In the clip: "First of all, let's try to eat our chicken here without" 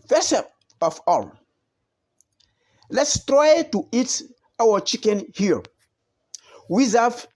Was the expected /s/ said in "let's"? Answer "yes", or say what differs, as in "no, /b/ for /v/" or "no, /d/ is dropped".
yes